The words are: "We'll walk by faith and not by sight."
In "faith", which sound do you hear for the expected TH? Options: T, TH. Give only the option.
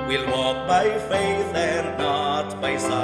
TH